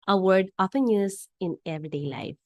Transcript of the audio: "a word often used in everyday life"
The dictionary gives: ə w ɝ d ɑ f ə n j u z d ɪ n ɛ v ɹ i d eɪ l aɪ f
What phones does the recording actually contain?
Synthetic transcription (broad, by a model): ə w ɝ d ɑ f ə n j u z ɪ n ɛ v ɹ i d eɪ l aɪ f